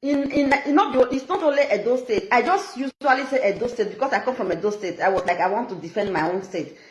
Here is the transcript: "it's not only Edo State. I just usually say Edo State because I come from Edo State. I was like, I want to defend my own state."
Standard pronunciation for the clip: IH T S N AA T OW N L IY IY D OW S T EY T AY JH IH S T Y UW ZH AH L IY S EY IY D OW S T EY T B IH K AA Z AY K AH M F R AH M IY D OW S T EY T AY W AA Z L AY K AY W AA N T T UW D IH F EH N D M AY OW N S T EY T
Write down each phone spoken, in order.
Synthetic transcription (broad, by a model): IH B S N AA T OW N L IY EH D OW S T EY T AY JH IH S T Y UW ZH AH L IY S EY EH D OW S T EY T B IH K AA S AY K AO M F R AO M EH D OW S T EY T AY W AA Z L AY K AY W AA N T T UW D IH F EH N D M AY OW N S T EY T